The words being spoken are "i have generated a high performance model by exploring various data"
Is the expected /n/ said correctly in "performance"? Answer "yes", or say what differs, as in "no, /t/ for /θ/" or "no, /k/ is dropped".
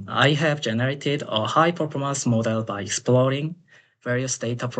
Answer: no, /n/ is dropped